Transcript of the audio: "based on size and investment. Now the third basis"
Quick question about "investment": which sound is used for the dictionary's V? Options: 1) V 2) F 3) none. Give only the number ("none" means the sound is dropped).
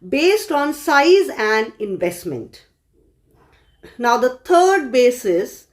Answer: 1